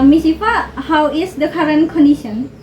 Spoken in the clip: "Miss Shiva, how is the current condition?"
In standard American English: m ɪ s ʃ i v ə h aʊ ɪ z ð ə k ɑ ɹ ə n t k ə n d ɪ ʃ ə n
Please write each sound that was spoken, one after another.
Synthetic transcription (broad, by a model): m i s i p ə h aʊ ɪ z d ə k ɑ ɹ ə n k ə n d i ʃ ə n